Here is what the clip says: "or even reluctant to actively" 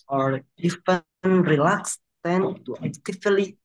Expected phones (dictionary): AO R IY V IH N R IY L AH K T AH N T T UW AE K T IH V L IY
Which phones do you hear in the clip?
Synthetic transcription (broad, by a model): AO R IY F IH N R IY L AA K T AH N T T UW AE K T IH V L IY